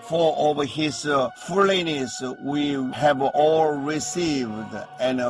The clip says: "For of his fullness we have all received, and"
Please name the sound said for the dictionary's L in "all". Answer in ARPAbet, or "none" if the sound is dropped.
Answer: L